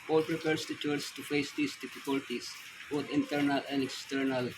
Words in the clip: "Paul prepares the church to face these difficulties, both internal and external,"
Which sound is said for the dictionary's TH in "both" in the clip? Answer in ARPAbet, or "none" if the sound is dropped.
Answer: T